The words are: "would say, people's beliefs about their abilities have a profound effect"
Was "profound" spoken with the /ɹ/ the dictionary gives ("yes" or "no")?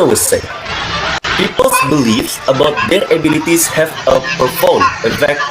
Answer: no